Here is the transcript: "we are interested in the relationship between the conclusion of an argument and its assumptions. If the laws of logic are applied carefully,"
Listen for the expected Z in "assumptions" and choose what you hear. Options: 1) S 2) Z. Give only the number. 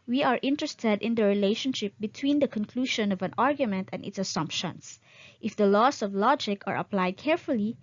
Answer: 1